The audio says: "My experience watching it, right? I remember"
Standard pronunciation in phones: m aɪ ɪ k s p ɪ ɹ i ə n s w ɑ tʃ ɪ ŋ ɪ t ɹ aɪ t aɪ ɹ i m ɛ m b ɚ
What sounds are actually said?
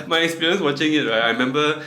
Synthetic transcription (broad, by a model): m aɪ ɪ k s p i ɹ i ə n s w ɑ tʃ ɪ ŋ ɪ t ɹ aɪ t aɪ ɹ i m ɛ m b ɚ